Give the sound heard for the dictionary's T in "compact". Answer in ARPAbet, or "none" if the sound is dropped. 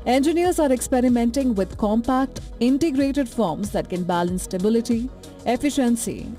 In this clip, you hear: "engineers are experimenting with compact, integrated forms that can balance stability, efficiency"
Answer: T